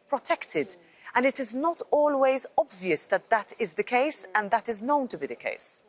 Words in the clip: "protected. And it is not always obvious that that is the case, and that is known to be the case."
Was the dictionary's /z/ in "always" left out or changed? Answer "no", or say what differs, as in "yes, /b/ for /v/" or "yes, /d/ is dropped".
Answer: no